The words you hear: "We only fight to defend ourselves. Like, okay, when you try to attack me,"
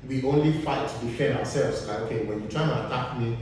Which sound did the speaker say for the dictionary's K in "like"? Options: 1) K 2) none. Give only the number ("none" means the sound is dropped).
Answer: 2